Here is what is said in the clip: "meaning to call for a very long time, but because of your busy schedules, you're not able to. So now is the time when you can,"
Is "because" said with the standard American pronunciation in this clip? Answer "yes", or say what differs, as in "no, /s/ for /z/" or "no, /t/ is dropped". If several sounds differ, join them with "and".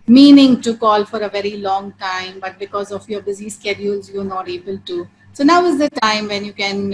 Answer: yes